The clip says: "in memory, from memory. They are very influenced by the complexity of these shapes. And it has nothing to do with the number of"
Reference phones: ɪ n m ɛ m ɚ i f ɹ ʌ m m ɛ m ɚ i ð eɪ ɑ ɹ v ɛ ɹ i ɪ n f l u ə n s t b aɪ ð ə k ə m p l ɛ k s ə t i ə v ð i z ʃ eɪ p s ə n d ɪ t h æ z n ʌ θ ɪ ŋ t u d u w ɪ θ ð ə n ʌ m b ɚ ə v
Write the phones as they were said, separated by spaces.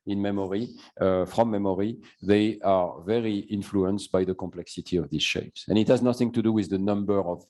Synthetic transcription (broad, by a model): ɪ n m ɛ m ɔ i f ɹ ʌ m m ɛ m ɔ i ð eɪ ɑ ɹ v ɛ ɹ i ɪ n f l u ə n s t b aɪ ð ə k ə m p l ɛ k s ə t i ə v ð i z ʃ eɪ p s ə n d ɪ t h æ z n ʌ θ ɪ ŋ t u d u w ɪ ð ə n ʌ m b ɚ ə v